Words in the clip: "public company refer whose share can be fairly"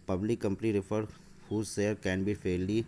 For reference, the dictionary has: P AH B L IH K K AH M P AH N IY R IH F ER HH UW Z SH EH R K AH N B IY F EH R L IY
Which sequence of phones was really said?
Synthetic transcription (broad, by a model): P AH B L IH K K AH M P AH N IY R IH F ER HH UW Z S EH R K AH N B IY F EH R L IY